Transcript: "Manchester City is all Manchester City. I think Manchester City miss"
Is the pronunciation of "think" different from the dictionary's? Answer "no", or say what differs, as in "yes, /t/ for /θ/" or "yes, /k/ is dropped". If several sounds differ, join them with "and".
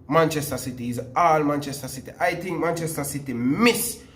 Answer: yes, /t/ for /θ/